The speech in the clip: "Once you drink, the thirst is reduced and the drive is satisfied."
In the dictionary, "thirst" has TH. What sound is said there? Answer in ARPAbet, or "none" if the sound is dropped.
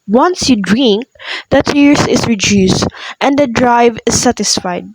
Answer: T